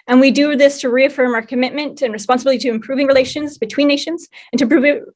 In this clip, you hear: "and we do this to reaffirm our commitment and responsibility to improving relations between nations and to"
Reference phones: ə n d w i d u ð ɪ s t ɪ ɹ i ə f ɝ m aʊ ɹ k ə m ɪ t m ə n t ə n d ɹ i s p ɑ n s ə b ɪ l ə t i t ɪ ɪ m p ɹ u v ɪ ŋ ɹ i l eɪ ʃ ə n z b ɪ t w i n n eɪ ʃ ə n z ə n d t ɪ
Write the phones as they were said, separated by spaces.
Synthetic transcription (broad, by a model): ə n w i d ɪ ð ɪ s t ɪ ɹ i ə f ɝ m aʊ ɹ k ə m ɪ t m ə n t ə n ɹ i s p ɑ n s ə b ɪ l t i t ɪ ɪ m p ɹ u v ɪ ŋ ɹ i l eɪ ʃ ə n z b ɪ t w i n n eɪ ʃ ə n z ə n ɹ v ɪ